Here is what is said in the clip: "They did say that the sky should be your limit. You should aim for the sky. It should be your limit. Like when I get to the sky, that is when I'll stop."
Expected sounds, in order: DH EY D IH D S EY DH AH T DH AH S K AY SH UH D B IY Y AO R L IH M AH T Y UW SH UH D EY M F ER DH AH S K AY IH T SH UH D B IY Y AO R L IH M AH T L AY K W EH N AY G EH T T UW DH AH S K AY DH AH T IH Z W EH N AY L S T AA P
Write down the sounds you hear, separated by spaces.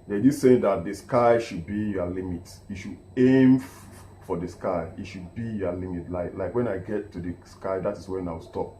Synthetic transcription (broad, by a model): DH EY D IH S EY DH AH T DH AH S K AY SH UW D B IY Y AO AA L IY M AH T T SH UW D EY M F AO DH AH S K AY IH T SH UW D B IY Y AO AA L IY M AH T L AY K W EH N AY G EH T T UW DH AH S K AY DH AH T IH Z W EH N AY W S T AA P